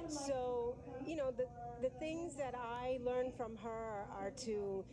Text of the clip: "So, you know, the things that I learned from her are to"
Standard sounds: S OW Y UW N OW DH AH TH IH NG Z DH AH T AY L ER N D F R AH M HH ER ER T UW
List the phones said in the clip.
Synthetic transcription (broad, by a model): S OW Y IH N OW DH AH TH IH NG Z DH AH T AY L ER N F R AH M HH ER ER T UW